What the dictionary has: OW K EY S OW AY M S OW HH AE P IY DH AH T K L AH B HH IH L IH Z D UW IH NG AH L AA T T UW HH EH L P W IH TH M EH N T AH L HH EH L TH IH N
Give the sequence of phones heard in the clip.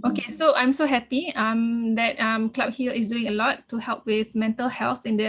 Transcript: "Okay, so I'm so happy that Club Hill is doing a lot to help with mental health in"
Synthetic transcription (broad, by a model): OW K EY S OW AY M S OW HH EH P IY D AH T K L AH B HH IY L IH S D UW IH NG AH L AA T T UW HH EH L P W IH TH M EH N T AH L HH EH L TH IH N